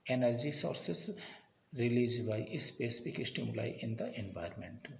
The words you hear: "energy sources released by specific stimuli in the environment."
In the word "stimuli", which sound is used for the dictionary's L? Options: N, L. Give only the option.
L